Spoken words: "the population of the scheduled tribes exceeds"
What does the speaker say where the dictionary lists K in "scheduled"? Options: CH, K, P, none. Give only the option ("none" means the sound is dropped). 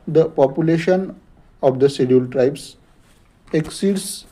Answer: none